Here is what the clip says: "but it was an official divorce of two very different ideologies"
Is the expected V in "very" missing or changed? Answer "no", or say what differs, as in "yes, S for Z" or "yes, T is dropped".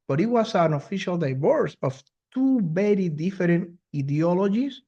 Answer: yes, B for V